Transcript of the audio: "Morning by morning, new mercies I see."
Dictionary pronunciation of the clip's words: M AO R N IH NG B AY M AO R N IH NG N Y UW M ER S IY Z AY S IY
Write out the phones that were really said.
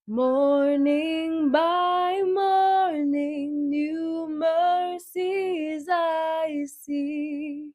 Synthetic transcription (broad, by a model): M AO R N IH NG B AY M AO R N IH NG N Y UW M ER S IY Z AY S IY